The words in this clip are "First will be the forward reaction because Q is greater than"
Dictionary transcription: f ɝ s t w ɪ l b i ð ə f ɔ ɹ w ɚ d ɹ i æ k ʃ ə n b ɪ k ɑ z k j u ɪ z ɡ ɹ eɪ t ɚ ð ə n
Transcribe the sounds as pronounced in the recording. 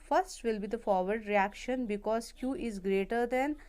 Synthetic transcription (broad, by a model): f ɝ s t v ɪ l b i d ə f ɔ ɹ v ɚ d ɹ i æ k ʃ ə n b ɪ k ɑ z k j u ɪ z ɡ ɹ eɪ t ɚ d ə n